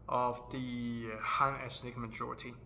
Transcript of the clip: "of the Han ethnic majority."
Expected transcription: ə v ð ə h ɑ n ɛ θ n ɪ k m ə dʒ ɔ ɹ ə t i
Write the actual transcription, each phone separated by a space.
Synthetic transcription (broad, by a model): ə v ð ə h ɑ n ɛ s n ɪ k m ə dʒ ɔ ɹ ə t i